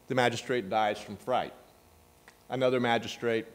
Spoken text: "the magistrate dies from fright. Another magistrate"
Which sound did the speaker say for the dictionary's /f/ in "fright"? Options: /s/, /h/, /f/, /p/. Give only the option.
/f/